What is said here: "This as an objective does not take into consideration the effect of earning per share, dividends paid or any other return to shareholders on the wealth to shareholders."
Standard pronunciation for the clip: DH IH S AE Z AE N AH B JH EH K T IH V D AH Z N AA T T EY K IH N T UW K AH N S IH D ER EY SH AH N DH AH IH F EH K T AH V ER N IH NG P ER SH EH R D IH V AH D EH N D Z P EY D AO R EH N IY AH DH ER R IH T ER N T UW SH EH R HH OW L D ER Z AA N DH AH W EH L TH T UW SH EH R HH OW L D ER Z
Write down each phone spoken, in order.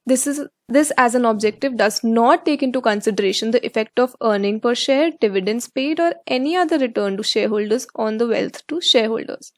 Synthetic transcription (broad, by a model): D IH S AE Z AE N AH B JH EH K T IH V D AH Z N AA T T EY K IH N T UW K AH N S IH D ER EY SH AH N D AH IH F EH K T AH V ER N IH NG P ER SH EH R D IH V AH D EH N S P EY D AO R EH N IY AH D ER R IH T ER N T UW SH EH R HH OW L D ER Z AA N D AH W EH L T T UW SH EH R HH OW L D ER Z